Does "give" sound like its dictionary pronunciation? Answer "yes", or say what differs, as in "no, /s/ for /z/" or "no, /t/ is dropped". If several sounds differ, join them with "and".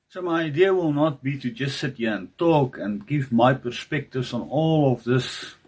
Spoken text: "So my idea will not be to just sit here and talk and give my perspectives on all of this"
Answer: yes